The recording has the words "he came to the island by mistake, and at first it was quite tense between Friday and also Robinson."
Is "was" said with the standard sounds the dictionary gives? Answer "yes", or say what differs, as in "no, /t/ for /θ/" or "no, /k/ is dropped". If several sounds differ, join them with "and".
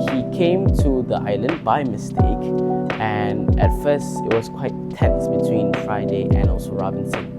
no, /s/ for /z/